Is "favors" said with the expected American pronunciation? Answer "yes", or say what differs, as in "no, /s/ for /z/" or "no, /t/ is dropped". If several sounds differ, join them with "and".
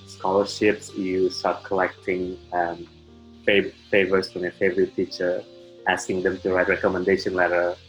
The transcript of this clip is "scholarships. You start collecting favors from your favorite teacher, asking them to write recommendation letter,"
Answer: no, /f/ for /v/